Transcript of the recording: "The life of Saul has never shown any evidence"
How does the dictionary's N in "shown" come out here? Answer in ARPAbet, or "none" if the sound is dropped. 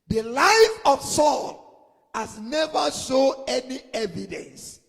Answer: none